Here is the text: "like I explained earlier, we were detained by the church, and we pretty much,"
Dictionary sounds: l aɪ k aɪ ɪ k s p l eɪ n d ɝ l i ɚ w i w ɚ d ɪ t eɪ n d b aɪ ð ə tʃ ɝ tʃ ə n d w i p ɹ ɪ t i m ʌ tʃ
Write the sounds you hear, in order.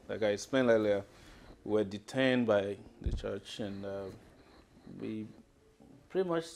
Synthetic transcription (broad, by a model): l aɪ k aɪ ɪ s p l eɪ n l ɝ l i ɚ w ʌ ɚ d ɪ t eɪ n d b aɪ ð ə tʃ ɝ tʃ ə n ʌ w i p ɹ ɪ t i m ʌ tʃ